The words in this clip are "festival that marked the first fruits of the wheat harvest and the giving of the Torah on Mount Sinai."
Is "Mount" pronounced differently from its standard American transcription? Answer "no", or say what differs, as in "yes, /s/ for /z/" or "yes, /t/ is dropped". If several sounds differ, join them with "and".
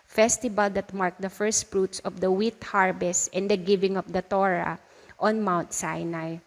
no